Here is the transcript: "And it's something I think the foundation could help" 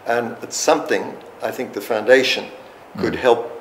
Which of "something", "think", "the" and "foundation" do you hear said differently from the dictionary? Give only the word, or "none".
none